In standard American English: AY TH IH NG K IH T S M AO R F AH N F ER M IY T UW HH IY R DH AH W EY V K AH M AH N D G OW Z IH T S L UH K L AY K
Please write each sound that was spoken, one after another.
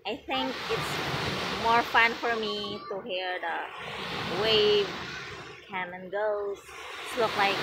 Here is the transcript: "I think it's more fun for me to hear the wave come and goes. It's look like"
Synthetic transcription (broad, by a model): AY TH IH NG K IH T S M AO R F AH N F ER M IY T UW HH IY R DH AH W EY V K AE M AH N G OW IH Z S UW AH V L AY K